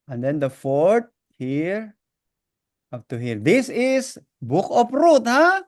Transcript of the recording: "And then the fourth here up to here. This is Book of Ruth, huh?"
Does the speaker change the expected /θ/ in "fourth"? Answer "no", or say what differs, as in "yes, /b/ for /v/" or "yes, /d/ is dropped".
yes, /t/ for /θ/